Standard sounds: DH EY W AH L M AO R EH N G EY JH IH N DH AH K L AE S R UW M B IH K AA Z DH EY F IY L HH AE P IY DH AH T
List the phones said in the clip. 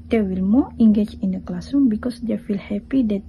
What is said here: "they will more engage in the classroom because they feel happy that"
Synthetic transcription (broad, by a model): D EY W AH L M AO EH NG G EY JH IH N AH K L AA S UW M B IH K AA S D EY F IY L HH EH P IY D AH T